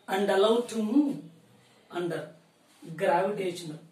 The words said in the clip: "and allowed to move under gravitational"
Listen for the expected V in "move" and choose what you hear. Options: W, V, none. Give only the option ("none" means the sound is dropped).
none